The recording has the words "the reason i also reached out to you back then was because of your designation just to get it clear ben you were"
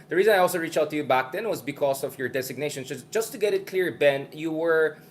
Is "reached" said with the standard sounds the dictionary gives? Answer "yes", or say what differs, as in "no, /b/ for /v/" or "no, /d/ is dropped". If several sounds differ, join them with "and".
no, /t/ is dropped